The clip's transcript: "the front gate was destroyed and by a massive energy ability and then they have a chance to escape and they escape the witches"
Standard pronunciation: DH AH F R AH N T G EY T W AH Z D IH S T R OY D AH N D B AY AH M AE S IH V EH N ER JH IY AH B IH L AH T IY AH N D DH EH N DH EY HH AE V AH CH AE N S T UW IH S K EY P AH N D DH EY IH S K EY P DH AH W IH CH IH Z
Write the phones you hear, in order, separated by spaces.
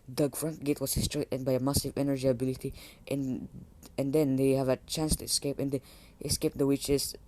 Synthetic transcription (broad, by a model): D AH F R AH N T G EY T W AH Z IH S T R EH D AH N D B AY AH M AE S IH V EH N ER JH IY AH B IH L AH T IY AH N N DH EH N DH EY HH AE V AH CH AE N S T UW IH S K EY P AH N D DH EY IH S K EY P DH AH W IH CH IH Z